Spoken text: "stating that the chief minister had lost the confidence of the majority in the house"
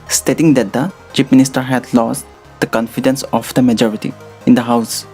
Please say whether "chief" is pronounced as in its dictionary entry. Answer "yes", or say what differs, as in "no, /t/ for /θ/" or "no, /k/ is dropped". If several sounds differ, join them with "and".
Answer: no, /p/ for /f/